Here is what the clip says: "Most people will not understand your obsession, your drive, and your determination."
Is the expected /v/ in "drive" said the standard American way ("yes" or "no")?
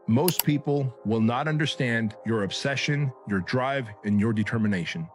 yes